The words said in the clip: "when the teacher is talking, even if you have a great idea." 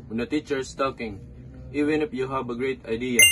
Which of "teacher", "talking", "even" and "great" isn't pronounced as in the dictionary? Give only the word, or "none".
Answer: none